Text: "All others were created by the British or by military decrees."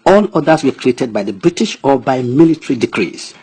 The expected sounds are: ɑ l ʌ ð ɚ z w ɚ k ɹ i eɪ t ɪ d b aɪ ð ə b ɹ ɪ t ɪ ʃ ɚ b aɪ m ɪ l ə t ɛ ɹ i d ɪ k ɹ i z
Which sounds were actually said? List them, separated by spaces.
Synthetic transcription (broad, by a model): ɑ l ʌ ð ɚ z w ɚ k ɹ i eɪ t ɪ d b aɪ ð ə b ɹ ɪ t ɪ ʃ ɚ b aɪ m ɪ l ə t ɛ ɹ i d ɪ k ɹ i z